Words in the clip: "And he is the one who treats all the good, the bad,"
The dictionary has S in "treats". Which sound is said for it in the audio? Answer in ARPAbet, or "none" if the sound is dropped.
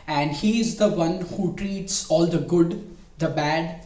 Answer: S